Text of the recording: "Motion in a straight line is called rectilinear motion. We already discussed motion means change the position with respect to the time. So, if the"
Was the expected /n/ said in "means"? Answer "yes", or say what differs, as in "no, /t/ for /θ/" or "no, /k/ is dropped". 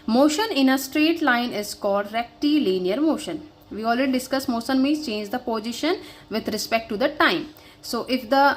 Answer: no, /n/ is dropped